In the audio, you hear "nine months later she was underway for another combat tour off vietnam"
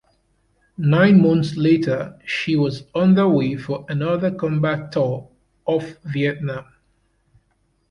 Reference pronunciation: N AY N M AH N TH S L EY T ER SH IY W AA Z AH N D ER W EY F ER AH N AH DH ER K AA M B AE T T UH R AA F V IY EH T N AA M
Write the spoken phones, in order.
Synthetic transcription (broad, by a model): N AY N M AH N TH S L EY T ER SH IY W AA Z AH N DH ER W EY F ER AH N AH DH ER K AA M B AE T T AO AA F V IY EH T N AA M